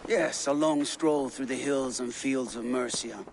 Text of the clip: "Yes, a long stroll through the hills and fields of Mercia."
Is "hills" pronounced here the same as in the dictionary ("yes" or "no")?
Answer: yes